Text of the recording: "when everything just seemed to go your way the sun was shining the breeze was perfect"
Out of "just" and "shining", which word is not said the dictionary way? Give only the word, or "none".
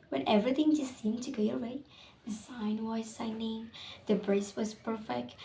shining